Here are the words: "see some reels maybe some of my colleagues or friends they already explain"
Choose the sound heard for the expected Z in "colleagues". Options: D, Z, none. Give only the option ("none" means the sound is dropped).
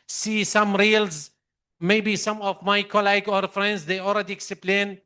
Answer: none